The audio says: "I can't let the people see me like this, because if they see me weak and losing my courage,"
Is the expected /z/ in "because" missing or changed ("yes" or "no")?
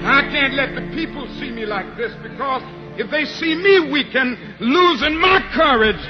no